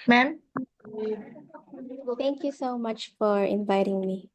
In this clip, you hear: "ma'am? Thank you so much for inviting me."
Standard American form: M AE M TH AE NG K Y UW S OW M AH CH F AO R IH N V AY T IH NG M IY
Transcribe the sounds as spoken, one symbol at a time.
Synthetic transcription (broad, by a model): M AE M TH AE NG K Y UW S OW M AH CH F AO R IH N V AY T IH NG M IY